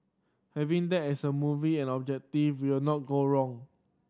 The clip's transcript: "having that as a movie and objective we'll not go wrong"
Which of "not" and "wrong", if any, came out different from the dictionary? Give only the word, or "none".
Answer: none